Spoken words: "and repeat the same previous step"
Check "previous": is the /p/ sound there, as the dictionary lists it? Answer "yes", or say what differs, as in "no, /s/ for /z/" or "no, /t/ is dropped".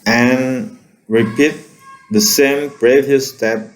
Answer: no, /b/ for /p/